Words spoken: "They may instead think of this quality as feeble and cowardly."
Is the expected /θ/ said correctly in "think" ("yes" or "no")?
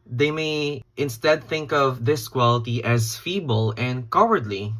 yes